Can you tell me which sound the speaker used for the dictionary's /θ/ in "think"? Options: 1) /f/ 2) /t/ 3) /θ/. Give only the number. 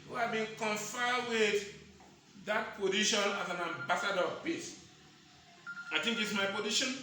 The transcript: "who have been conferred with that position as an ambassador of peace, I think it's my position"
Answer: 2